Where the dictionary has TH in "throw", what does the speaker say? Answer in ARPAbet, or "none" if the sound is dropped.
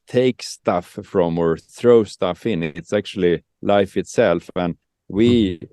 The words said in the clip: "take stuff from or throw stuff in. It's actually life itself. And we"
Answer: TH